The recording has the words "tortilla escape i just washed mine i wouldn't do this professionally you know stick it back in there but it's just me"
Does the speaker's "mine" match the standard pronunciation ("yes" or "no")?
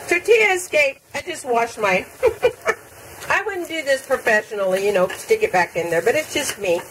no